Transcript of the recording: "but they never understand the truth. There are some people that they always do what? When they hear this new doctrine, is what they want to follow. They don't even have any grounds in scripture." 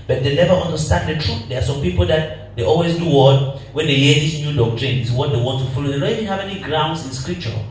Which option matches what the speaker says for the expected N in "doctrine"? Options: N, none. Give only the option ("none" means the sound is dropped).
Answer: N